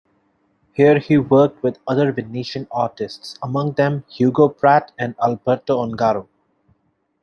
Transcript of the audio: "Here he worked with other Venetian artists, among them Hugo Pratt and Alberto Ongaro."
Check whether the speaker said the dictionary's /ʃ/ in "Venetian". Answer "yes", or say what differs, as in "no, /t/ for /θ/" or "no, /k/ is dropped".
yes